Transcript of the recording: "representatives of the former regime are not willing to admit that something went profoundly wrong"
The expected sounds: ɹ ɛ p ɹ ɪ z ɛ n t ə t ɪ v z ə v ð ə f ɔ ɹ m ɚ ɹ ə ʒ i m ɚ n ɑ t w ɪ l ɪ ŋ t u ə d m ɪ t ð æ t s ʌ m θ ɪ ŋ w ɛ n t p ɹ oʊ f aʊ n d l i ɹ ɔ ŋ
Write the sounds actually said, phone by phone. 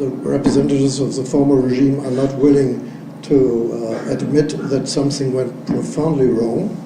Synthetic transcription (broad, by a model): ɹ ɛ p ɹ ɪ z ɛ n t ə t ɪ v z ə v ð ə f ɔ ɹ m ɚ ɹ ə ʒ i m ɚ n ɑ t w ɪ l ɪ ŋ t u ə d m ɪ t ð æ t s ʌ m θ ɪ ŋ w ɛ n t p ɹ oʊ f aʊ n d l i ɹ ɔ ŋ